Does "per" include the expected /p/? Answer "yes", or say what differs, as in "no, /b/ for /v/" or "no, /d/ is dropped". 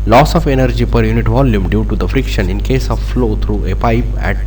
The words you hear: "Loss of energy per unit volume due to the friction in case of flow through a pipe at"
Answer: yes